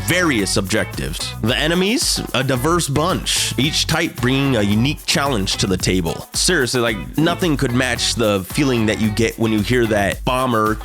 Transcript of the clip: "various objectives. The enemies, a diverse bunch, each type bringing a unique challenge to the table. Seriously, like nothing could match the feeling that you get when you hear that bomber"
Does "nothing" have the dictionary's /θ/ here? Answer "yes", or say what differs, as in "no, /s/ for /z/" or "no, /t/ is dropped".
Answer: yes